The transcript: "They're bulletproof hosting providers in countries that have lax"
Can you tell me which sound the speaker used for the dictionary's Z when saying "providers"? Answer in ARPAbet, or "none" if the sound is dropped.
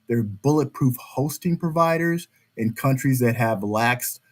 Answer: Z